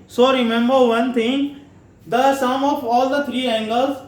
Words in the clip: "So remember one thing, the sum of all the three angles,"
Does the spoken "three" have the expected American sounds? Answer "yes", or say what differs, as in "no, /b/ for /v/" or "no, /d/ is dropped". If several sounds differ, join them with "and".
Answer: no, /t/ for /θ/